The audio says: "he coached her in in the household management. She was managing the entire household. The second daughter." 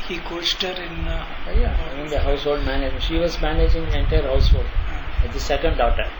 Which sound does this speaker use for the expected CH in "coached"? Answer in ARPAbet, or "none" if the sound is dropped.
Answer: S